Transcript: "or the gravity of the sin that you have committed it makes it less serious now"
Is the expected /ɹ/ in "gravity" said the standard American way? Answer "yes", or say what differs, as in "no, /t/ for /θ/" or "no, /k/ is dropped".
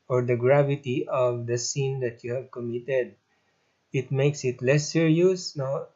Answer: yes